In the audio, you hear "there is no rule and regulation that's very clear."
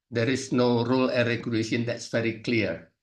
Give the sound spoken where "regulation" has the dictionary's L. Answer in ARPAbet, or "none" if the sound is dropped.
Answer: none